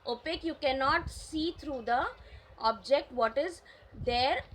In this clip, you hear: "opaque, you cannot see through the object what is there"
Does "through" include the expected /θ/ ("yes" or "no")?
no